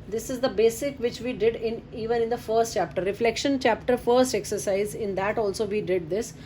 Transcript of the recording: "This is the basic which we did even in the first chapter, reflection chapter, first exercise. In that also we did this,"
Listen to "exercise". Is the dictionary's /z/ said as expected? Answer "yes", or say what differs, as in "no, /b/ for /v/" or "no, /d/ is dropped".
yes